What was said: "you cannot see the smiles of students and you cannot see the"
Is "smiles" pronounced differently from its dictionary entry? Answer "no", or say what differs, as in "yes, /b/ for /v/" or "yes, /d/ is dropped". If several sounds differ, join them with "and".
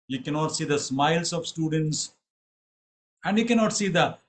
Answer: yes, /s/ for /z/